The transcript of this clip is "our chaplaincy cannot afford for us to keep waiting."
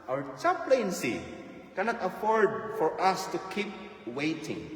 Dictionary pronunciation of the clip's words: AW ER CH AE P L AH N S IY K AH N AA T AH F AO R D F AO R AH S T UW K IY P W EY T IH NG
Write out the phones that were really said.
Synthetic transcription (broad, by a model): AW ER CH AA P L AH N S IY K AH N AA T AH F AO R D F AO R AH S T UW K IY P W EY T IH NG